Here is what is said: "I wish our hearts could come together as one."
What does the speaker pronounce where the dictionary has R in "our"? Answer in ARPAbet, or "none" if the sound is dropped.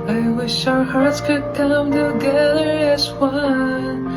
R